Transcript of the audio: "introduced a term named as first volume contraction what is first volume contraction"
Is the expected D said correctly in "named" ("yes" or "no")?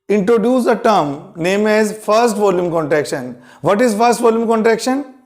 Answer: no